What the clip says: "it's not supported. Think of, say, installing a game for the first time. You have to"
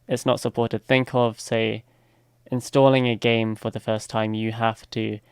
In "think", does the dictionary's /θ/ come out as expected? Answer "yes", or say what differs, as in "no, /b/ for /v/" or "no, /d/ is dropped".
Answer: yes